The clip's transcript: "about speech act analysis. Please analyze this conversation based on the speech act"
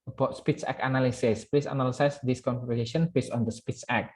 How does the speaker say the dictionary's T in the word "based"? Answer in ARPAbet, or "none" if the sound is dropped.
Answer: none